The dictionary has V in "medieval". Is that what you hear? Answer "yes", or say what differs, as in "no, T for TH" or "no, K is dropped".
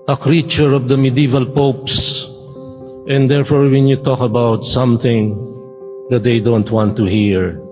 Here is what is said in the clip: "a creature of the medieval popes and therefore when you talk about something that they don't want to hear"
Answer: yes